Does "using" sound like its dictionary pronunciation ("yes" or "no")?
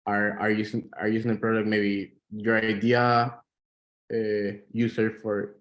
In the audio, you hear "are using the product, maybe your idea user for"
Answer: no